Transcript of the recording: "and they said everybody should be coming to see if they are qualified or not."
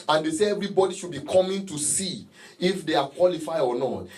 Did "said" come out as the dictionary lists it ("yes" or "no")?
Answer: no